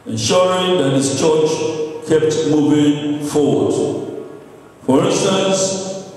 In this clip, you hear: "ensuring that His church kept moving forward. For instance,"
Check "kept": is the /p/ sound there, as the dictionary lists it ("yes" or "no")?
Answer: yes